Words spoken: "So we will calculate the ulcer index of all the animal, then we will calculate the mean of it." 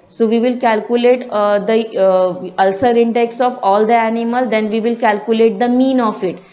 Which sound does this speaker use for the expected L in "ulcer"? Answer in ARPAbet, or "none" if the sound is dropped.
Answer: L